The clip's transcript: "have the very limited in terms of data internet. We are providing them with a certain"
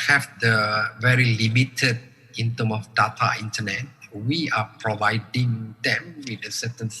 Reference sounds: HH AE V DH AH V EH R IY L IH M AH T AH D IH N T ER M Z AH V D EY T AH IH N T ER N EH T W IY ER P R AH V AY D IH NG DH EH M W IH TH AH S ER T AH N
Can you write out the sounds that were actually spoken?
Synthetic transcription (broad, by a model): HH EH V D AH V EH R IY L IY M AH T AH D IH N T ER M AH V D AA T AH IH N T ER N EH T W IY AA P R AH V AY D IH NG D EH M W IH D AH S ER T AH N